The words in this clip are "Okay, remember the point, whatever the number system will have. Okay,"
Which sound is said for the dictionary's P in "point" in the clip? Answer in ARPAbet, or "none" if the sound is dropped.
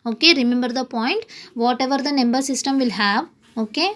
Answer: P